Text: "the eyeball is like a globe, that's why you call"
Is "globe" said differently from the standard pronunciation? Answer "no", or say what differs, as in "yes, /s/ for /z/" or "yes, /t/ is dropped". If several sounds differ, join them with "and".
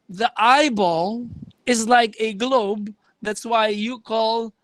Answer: no